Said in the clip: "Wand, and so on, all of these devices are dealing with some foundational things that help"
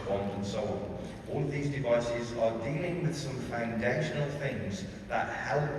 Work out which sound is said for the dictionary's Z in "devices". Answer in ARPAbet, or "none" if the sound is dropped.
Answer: Z